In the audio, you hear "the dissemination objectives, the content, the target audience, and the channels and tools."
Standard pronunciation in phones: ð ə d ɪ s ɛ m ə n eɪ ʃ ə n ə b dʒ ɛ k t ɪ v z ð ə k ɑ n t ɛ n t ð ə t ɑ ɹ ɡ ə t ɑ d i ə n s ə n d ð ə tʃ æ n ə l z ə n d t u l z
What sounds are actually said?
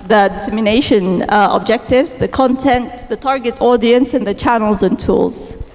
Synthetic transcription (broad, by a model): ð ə d ɪ s ɛ m ə n eɪ ʃ ə n ə b dʒ ɛ k t ɪ v z ð ə k ɑ n t ɛ n t ð ə t ɑ ɹ ɡ ə t ɑ d i ə n s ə n ð ə tʃ æ n ə l z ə n t u l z